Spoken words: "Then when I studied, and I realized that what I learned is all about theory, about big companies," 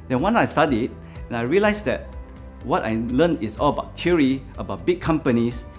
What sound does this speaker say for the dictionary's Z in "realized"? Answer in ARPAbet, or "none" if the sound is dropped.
S